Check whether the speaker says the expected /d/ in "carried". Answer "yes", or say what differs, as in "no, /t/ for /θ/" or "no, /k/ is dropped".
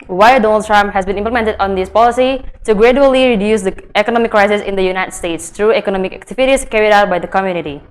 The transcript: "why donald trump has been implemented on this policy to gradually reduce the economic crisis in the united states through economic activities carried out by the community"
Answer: yes